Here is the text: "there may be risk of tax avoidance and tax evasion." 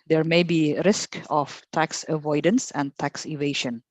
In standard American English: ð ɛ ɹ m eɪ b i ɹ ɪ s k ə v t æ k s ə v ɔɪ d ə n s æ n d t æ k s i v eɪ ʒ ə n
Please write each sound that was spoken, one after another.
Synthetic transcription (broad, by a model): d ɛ ɹ m eɪ b i ɹ ɪ s k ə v t æ k s ə v ɔɪ d ə n s æ n d t æ k s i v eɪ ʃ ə n